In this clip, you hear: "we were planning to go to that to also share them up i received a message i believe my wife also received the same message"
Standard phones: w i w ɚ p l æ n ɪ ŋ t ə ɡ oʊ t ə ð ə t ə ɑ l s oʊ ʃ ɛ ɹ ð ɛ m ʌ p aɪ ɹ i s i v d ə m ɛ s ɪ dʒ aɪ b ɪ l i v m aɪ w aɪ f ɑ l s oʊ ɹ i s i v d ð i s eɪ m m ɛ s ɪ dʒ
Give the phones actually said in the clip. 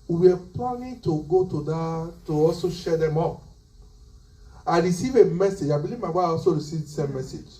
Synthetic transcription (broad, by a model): w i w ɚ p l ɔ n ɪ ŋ t ə ɡ oʊ t ə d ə t ə ɑ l s oʊ ʃ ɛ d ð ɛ m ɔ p aɪ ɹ i s i v ə m ɛ s ɪ dʒ aɪ b ɪ l i v m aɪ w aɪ ɑ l s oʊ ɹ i s i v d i s eɪ m m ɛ s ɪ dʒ